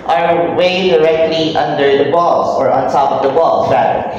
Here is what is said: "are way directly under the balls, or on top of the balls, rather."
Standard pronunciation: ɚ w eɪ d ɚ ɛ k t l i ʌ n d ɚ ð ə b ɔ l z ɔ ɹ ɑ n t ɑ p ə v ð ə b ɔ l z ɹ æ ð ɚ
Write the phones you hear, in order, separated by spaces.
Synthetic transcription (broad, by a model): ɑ w eɪ d ɚ ɛ k t l i ʌ n d ɚ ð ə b ɔ l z ɔ ɹ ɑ n t ɑ p ə v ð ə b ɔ l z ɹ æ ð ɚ